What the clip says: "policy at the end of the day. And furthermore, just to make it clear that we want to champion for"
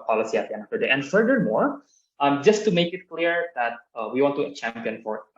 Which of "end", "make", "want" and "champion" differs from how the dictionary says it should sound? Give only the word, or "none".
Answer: end